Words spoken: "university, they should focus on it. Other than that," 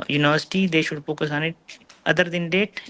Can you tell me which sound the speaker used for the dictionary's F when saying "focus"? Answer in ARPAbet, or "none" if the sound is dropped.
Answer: P